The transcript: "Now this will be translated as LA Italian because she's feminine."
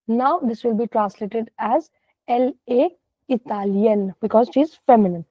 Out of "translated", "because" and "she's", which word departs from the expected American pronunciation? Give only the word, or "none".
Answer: none